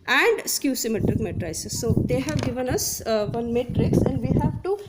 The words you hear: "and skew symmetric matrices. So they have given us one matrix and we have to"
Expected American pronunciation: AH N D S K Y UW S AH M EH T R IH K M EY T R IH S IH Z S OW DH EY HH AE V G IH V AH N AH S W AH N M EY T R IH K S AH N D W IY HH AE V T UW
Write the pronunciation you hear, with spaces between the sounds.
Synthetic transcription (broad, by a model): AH N D S K Y UW S AH M EH T R IH K M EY T R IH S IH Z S OW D EY HH AE V G IH V AH N AH S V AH N M EY T R IH K S AH N D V IY HH AE V T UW